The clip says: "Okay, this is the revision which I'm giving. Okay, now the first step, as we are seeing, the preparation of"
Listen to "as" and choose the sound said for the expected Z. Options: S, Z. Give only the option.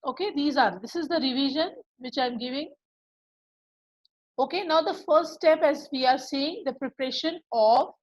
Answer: Z